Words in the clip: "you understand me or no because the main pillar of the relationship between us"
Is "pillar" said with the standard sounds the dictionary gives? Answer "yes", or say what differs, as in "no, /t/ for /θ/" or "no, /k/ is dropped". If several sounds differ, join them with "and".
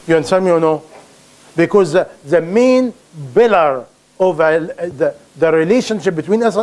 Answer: no, /b/ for /p/